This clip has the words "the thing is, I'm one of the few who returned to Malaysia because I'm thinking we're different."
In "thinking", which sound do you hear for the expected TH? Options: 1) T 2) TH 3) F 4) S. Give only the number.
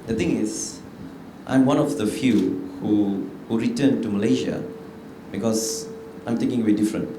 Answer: 1